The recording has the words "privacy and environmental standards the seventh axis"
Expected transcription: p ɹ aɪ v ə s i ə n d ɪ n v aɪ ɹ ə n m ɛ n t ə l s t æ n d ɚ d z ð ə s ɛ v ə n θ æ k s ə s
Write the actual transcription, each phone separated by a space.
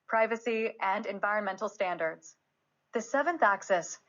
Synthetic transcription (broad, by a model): p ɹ aɪ v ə s i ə n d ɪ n v aɪ ɹ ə n m ɛ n t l s t æ n d ɚ d z ð ə s ɛ v ə n θ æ k s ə s